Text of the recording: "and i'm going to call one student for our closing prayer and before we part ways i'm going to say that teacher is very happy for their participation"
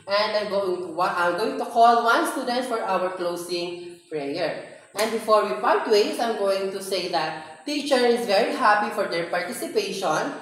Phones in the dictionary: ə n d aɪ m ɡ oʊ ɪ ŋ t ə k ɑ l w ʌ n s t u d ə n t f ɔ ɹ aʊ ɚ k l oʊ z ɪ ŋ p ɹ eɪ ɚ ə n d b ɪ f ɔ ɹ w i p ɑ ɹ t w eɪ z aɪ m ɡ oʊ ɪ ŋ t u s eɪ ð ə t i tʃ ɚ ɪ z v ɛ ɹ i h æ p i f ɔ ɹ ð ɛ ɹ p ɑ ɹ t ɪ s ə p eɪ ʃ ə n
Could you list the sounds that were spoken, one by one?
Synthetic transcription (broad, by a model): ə n d aɪ m ɡ oʊ ɪ ŋ t ə k ɑ l w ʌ n s t u d ə n t f ɔ ɹ aʊ ɚ k l oʊ s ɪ ŋ p ɹ eɪ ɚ ə n d b ɪ f ɔ ɹ w i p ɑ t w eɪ s aɪ m ɡ oʊ ɪ ŋ t u s eɪ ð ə t i tʃ ɚ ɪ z v ɛ ɹ i h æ p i f ɔ ɹ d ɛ ɹ p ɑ ɹ t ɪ s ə p eɪ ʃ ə n